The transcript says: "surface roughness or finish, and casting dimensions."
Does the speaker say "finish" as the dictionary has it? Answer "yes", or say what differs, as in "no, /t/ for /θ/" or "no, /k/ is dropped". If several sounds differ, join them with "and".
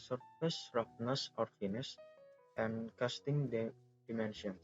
no, /s/ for /ʃ/